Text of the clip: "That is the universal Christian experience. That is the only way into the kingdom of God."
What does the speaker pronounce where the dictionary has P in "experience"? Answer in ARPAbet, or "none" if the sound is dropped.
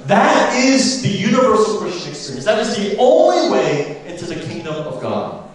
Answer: none